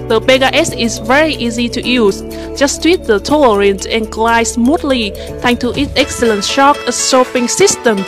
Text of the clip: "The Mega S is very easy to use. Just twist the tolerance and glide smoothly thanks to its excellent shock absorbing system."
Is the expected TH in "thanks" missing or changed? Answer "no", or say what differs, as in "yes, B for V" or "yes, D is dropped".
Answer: yes, T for TH